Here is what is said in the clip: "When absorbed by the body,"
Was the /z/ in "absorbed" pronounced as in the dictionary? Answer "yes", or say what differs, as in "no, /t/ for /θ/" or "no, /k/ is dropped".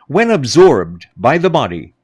yes